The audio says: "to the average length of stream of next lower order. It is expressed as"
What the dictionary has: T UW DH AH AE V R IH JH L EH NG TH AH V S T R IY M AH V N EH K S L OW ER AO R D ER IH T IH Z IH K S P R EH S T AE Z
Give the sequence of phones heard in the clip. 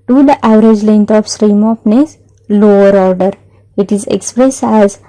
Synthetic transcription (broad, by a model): T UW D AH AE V R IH JH L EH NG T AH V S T R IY M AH F N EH S L OW ER AO R D ER IH T IH Z IH K S P R EH S T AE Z